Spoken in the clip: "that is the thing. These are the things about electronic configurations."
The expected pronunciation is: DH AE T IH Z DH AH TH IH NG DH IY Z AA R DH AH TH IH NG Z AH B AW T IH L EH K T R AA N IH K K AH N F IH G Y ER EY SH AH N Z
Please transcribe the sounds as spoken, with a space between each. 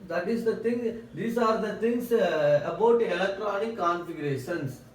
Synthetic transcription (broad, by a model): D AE T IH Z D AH T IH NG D IY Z AA R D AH T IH NG S AH B AW T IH L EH K T R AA N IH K K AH N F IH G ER EY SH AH N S